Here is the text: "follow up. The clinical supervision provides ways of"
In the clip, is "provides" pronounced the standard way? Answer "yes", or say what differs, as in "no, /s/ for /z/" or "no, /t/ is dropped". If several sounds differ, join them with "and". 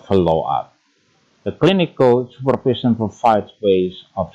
no, /f/ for /v/